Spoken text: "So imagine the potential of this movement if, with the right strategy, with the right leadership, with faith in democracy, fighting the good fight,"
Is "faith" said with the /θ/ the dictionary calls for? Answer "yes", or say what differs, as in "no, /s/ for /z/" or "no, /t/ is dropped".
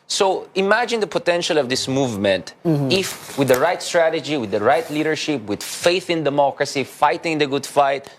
yes